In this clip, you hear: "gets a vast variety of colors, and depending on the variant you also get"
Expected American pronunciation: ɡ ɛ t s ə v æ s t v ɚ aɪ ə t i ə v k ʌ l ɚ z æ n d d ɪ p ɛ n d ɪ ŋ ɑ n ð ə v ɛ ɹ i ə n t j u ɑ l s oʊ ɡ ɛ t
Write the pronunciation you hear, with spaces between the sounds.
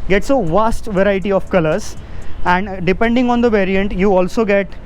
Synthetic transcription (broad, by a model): ɡ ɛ t s ə v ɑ s t v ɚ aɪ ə t i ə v k ʌ l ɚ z æ n d d ɪ p ɛ n d ɪ ŋ ɑ n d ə v ɛ ɹ i ə n t j u ɑ l s oʊ ɡ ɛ t